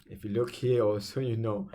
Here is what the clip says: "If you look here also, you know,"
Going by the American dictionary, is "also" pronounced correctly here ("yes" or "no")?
no